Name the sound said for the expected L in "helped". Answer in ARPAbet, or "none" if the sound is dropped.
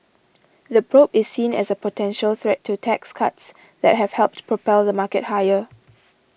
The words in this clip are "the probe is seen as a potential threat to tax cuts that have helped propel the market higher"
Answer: L